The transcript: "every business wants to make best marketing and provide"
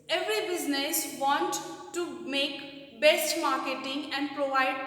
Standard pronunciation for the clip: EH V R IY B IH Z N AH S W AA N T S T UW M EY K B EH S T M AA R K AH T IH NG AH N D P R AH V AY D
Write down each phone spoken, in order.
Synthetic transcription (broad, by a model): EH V R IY B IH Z N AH S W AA N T T UW M EY K B EH S T M AA R K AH T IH NG AH N D P R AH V AY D